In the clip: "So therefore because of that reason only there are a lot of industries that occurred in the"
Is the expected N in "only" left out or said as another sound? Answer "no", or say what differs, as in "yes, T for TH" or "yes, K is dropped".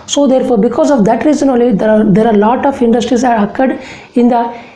yes, N is dropped